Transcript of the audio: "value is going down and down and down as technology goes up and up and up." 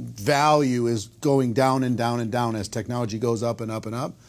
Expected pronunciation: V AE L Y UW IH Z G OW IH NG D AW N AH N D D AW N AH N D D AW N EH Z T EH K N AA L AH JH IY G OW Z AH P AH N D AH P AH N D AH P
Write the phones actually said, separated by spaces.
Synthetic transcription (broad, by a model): V AE L Y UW IH Z G OW IH NG D AW N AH N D D AW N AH N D D AW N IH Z T EH K N AA L AH JH IY G OW Z AH P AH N AH P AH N AH P